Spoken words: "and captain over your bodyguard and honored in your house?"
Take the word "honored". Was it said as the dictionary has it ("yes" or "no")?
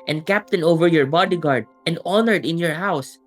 yes